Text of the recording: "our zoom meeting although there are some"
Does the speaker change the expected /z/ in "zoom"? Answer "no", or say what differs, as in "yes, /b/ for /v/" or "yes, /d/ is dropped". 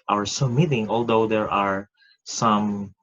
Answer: yes, /s/ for /z/